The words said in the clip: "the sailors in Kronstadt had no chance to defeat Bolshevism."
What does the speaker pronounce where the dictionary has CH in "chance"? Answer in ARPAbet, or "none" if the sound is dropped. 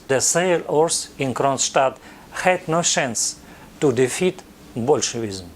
SH